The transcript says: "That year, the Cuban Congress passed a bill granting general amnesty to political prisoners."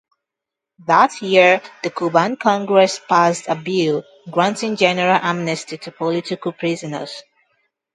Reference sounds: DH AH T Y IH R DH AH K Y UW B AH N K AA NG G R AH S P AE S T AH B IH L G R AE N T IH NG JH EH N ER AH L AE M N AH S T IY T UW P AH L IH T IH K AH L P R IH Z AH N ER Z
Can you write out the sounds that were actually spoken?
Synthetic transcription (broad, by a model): DH AH T Y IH R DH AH K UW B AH N K AA NG G R AH S P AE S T AH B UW G R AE N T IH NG JH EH N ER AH L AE M N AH S T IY T UW P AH L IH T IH K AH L P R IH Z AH N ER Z